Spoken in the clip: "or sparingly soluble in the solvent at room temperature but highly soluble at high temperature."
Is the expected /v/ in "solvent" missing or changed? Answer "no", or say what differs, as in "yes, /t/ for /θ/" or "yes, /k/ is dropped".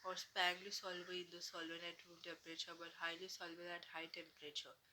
yes, /v/ is dropped